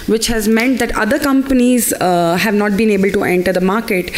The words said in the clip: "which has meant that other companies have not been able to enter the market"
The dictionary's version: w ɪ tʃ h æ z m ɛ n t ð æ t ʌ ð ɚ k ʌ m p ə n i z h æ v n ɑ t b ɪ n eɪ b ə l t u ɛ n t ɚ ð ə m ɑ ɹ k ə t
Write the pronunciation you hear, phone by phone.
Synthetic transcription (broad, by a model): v ɪ tʃ h æ z m ɛ n t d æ t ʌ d ɚ k ʌ m p ə n i z h æ v n ɑ t b ɪ n eɪ b ə l t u ɛ n t ɚ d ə m ɑ ɹ k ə t